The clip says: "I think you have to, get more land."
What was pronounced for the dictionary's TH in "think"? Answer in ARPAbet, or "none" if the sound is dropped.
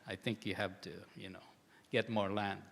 TH